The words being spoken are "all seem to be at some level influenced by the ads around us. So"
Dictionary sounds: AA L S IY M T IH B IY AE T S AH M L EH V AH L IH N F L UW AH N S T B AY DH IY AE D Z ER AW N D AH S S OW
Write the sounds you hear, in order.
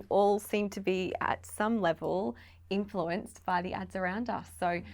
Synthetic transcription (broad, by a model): AA L S IY M T IH B IY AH T S AH M L EH V AH L IH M F L UW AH N S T B AY DH IY AE D Z ER AW N D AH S S OW